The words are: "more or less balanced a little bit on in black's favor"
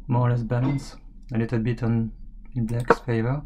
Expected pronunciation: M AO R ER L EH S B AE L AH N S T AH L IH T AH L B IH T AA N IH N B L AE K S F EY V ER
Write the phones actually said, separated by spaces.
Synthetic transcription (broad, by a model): M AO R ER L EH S B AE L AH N S AH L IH T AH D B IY T AA N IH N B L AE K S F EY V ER